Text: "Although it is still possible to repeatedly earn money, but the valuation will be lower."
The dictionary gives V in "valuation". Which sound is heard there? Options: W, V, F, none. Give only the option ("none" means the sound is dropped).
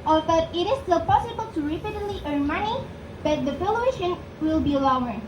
F